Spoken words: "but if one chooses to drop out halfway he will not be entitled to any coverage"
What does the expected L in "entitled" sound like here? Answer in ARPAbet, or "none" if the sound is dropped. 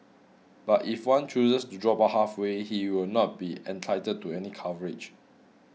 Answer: none